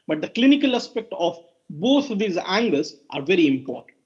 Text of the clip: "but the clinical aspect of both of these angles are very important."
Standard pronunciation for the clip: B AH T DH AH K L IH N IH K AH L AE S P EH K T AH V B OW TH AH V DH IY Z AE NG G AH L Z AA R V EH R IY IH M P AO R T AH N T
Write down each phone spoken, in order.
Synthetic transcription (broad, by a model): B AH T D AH K L IH N IH K AH L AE S P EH K T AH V B OW T AH V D IY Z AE NG G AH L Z AA R V EH R IY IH M P AO R T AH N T